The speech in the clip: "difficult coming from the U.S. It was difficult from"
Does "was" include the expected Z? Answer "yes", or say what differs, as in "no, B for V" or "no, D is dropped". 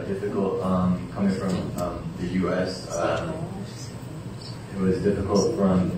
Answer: yes